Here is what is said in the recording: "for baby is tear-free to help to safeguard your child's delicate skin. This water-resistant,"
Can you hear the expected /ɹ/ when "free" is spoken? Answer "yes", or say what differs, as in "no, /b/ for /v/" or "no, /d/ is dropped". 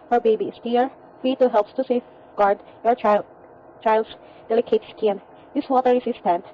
no, /ɹ/ is dropped